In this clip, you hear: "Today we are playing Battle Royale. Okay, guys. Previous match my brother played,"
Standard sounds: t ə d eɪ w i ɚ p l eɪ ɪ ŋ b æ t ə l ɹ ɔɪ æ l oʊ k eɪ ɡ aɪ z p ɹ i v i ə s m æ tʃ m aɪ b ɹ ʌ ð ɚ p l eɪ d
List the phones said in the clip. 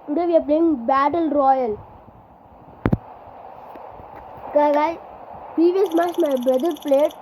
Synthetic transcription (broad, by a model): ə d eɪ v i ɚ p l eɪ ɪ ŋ b æ t ə l ɹ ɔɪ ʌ l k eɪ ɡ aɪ p ɹ i v i ə s m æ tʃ m aɪ b ɹ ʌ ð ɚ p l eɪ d